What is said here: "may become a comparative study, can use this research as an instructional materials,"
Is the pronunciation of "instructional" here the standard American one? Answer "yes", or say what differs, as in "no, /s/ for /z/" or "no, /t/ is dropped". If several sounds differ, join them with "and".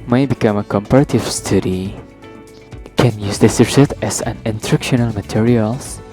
no, /s/ is dropped